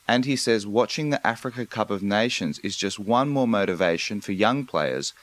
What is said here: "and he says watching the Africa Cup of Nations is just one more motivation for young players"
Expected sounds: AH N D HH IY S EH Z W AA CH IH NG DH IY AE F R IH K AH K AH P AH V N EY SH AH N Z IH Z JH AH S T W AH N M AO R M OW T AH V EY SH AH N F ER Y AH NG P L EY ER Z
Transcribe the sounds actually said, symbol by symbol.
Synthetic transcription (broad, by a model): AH N IY S EH Z W AA CH IH NG DH IY AE F R IH K AH K AH P AH V N EY SH AH N Z IH Z JH AH S T W AH N M AO R M OW T AH V EY SH AH N F ER Y AH NG P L EY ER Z